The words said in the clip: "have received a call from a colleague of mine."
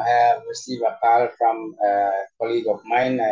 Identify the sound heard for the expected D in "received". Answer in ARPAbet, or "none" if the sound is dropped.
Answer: none